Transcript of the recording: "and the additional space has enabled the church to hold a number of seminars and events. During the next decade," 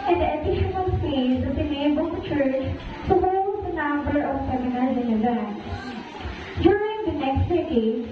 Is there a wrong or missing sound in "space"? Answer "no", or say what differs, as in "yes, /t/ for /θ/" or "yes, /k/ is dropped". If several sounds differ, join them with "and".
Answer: yes, /p/ is dropped